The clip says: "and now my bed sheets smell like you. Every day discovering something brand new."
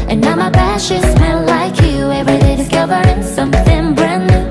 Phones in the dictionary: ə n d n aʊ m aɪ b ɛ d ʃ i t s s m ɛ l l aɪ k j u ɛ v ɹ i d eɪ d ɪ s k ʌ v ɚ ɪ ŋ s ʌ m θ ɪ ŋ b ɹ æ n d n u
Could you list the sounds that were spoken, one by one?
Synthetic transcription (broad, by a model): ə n n aʊ m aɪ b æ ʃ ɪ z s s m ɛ n l aɪ k j u ɛ v ɹ i d eɪ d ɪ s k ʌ v ɚ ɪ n s ʌ m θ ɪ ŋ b ɹ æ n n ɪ